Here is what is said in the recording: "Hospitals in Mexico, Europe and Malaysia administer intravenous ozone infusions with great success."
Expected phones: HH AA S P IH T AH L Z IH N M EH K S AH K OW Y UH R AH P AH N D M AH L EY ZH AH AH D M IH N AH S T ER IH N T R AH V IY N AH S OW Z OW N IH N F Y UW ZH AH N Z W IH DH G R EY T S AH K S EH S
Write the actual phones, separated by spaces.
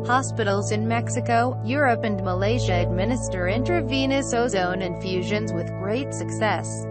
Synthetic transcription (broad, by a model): HH AA S P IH T L Z IH N M EH K S AH K OW Y UH R AH P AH N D M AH L EY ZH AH AH D M IH N AH S T ER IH N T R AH V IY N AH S OW Z OW N IH N F Y UW ZH AH N Z W IH DH G R EY T S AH K S EH S